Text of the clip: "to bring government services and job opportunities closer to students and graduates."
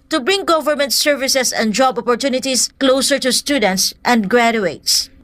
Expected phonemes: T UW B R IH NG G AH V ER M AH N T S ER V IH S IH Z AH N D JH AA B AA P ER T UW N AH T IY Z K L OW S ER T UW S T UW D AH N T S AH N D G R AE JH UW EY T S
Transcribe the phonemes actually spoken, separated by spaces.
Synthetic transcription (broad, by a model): T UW B R IH NG G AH V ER M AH N T S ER V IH S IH S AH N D JH AA B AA P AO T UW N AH T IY S K L OW S ER T UW S T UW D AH N T S AH N D G R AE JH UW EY T S